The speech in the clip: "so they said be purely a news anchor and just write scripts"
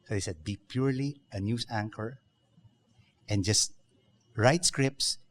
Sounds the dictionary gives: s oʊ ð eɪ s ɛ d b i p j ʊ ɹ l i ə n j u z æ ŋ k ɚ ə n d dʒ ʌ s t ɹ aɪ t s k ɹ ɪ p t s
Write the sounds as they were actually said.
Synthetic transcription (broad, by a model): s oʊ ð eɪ s ɛ d b i p j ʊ ɹ l i ə n j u s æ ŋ k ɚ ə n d dʒ ʌ s t ɹ aɪ t s k ɹ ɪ p t s